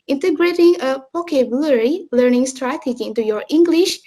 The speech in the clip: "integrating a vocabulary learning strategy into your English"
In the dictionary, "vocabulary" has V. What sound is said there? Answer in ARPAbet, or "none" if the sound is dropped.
P